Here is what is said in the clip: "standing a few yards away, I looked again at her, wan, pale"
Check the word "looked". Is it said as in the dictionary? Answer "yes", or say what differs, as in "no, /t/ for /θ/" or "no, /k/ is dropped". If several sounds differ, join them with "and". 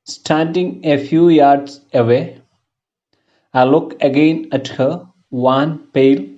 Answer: no, /t/ is dropped